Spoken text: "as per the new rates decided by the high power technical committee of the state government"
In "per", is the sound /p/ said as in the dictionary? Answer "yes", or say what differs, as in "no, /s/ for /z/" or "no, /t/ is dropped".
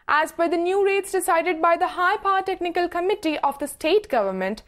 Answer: no, /b/ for /p/